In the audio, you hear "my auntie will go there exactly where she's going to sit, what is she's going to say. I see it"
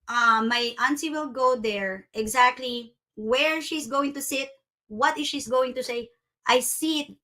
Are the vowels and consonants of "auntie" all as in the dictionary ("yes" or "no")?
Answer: no